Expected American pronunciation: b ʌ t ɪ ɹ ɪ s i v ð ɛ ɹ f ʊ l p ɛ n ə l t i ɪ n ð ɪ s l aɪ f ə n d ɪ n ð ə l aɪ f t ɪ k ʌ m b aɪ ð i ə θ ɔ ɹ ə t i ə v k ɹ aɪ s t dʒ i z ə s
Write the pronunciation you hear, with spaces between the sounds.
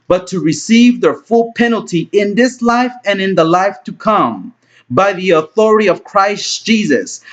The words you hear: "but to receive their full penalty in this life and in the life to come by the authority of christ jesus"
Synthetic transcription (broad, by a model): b ʌ t ɪ ɹ ɪ s i v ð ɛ ɹ f ʊ l p ɛ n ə l t i ɪ n ð ɪ s l aɪ f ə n ɪ n ð ə l aɪ f t ɪ k ʌ m b aɪ ð i ə θ ɔ ɹ ə t i ə v k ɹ aɪ s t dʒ i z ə s